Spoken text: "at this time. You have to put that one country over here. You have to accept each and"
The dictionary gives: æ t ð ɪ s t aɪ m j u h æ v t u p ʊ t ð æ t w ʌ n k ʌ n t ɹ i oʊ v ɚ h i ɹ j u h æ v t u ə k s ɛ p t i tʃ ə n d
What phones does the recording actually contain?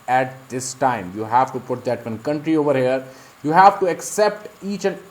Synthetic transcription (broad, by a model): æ t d ɪ s t aɪ m j u h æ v t u p ʊ t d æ t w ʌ n k ʌ n t ɹ i oʊ v ɚ h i ɹ j u h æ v t u ə k s ɛ p t i tʃ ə n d